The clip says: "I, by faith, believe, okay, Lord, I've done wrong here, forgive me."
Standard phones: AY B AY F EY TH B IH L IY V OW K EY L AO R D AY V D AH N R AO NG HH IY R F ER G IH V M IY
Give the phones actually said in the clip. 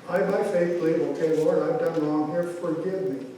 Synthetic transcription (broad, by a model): AY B AY F EY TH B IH L IY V OW K EY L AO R AY V D AH N R AO NG HH IY R F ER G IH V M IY